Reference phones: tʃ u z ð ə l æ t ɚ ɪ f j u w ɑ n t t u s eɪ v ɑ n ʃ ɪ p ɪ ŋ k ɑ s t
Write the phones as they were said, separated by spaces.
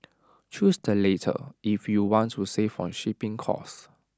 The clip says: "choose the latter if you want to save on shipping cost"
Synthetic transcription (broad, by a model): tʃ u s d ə l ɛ t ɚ ɪ f j u w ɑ n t t u s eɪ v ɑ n ʃ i p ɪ ŋ k ɑ s